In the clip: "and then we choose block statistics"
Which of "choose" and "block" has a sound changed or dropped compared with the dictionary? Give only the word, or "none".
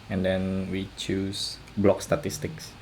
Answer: choose